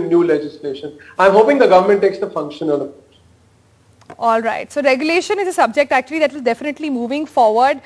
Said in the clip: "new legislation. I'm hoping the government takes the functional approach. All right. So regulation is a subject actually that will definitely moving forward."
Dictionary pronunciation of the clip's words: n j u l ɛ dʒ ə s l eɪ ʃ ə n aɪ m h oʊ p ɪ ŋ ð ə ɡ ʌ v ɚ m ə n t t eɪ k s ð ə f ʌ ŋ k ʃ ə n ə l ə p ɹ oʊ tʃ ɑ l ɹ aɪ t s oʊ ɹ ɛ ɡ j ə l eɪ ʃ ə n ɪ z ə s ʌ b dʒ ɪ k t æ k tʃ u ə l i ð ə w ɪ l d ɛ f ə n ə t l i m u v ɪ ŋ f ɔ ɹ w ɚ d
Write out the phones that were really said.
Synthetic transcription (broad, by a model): n j u l ɛ dʒ ə s l eɪ ʃ ə n aɪ m h oʊ p ɪ ŋ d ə ɡ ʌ v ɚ m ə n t t eɪ k s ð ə f ʌ ŋ k ʃ ə n ə l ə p oʊ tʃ ɑ l ɹ aɪ t s oʊ ɹ ɛ ɡ j ə l eɪ ʃ ə n ɪ z ə s ʌ b dʒ ɪ k t æ k tʃ u ə l i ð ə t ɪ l d ɛ f ə n ə t l i m u v ɪ ŋ f ɔ ɹ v ɚ d